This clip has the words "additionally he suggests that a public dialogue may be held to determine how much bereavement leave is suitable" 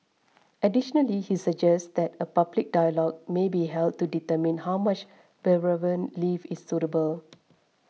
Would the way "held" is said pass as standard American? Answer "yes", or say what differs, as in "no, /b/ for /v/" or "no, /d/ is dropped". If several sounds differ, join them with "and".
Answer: yes